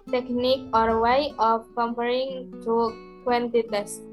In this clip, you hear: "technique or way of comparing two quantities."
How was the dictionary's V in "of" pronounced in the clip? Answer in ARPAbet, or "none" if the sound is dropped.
P